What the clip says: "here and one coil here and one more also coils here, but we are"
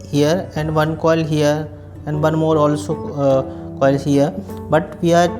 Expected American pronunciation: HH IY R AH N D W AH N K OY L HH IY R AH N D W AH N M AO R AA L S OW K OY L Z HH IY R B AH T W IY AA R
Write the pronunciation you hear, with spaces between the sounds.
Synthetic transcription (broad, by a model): HH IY R AH N D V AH N K OY L HH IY R AH N D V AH N M AO R AA L S OW K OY L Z HH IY R B AH T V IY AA R